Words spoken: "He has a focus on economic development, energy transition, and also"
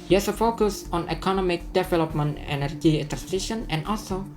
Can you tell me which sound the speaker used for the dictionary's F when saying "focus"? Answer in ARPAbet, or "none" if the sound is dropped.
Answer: F